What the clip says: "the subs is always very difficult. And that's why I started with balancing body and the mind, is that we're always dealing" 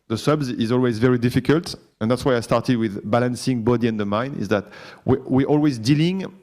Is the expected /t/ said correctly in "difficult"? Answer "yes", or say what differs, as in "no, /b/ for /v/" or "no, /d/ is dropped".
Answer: yes